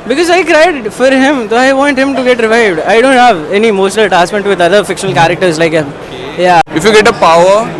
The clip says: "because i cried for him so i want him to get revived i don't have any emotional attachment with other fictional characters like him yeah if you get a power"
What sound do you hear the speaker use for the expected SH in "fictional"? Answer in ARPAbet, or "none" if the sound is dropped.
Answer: SH